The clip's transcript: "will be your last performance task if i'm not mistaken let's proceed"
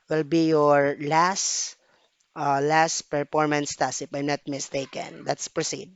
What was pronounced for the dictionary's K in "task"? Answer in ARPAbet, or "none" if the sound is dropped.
none